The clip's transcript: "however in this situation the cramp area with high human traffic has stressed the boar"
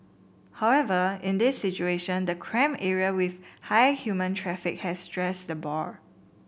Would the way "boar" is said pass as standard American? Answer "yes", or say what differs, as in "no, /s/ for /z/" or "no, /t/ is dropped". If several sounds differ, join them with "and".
yes